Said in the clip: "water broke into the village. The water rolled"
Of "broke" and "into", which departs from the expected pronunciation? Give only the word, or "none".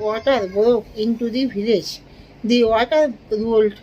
none